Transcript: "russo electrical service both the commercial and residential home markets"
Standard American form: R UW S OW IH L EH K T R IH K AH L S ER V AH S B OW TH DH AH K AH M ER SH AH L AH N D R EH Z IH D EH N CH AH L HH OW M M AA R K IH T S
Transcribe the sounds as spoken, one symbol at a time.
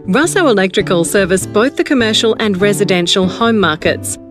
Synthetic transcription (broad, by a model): R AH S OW IH L EH K T R IH K AH L S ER V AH S B OW TH DH AH K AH M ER SH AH L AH N R EH Z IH D EH N SH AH L HH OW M M AA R K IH T S